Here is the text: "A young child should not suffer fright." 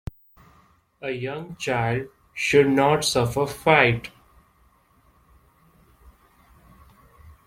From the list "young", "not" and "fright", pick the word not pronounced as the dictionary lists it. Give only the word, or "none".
fright